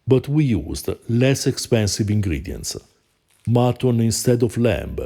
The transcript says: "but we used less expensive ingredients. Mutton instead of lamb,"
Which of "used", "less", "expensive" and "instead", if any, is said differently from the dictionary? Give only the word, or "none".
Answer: none